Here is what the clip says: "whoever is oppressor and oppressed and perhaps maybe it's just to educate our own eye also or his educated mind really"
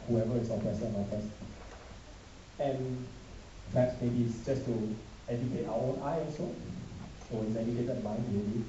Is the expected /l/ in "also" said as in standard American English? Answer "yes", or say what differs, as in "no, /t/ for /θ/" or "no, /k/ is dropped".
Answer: no, /l/ is dropped